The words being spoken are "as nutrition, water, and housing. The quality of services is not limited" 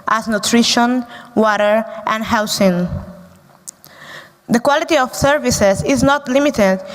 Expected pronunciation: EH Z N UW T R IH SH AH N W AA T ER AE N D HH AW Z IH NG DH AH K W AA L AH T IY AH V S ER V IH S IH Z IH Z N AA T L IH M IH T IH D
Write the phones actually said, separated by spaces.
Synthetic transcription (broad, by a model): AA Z N UW T R IH SH AH N W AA T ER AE N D HH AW S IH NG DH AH K W AA L AH T IY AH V S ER V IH S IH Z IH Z N AA T L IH M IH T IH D